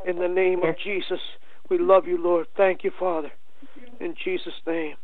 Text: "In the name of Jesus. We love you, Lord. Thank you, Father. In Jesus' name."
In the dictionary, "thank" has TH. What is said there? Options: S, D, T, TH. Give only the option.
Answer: TH